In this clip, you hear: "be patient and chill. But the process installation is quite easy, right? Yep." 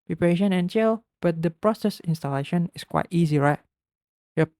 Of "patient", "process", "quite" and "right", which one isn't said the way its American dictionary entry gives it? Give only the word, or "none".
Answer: patient